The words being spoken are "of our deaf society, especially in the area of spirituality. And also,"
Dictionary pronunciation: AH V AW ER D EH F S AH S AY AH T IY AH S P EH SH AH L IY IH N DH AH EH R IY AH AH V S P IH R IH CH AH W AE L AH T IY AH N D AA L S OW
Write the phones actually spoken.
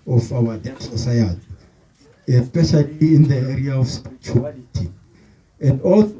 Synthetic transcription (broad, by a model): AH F AW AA D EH S AH S AY AH T IY AH S P EH SH AH L IY IH N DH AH EH R IY AH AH F S P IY R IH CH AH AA L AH T IY AH N D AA L